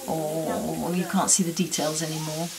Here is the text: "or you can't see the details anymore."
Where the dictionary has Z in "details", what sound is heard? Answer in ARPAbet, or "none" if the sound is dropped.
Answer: Z